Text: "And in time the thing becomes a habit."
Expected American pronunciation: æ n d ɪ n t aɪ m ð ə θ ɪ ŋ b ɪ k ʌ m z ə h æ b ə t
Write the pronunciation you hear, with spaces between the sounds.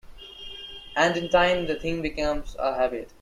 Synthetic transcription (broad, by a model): æ n d ɪ n t aɪ m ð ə t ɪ ŋ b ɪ k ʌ m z ə h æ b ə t